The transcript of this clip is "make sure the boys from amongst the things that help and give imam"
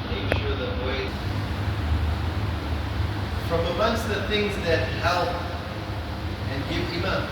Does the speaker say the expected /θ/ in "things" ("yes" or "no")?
yes